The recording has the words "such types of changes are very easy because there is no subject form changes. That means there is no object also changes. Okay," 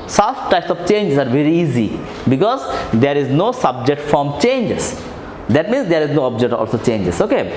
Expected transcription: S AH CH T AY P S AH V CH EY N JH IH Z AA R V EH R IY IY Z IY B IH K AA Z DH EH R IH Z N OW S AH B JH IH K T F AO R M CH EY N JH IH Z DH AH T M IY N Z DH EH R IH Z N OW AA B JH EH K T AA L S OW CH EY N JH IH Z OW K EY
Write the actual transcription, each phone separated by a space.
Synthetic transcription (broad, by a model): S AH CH T AY P S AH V CH EY N JH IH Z AA R V EH R IY IY Z IY B IH K AA Z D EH R IH Z N OW S AH B JH IH K T F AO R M CH EY N JH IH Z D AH T M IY N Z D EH R IH Z N OW AA B JH EH K T AA L S OW CH EY N JH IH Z OW K EY